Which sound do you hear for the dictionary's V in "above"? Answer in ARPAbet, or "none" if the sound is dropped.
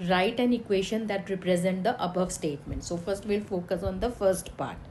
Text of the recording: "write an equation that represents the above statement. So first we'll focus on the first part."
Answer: V